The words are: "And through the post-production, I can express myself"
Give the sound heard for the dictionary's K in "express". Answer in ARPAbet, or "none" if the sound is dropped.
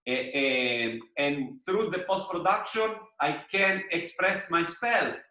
K